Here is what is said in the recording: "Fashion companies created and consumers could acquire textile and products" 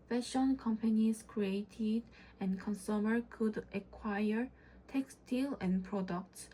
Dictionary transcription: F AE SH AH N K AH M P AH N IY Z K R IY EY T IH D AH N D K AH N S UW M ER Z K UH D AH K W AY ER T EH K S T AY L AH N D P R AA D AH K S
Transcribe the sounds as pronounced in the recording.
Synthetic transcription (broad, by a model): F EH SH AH N K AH M P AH N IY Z K R IY EY T IH D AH N K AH N S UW M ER K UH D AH K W AY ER T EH K S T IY L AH N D P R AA D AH K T